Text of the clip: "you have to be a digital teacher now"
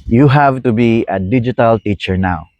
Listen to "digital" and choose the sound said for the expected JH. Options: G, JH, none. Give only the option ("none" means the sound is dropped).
JH